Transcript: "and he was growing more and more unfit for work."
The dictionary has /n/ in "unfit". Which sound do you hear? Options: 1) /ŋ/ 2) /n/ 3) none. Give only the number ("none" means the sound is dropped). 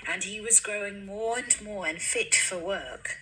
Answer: 2